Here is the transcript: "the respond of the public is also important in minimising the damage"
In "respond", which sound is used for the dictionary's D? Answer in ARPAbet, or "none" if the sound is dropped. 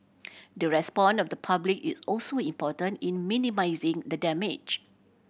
none